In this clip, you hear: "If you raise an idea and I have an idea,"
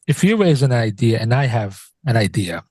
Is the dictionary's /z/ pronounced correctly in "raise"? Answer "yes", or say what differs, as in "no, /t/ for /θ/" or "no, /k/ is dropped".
yes